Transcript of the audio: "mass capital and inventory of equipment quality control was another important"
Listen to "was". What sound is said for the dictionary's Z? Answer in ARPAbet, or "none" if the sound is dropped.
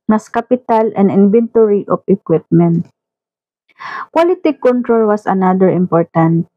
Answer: S